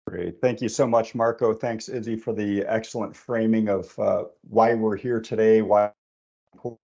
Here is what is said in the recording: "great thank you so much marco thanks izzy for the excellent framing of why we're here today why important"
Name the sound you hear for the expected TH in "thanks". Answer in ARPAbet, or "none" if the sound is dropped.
TH